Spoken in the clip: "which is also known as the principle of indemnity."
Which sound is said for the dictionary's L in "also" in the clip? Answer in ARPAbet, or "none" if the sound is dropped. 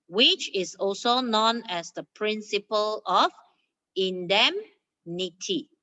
L